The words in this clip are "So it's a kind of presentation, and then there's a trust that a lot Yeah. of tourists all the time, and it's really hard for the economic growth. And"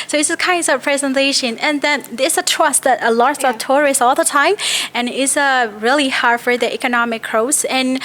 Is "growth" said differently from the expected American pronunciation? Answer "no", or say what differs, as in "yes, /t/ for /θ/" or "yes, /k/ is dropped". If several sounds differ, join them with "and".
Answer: yes, /s/ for /θ/